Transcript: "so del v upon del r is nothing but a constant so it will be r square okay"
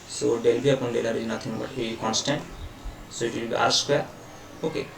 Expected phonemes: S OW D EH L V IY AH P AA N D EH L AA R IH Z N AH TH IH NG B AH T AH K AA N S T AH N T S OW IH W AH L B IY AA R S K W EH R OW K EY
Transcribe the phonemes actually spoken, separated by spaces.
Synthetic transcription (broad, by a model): S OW D EH L B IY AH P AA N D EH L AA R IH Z N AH T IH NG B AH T AH K AA N S T AH N T S OW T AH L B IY AA R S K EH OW K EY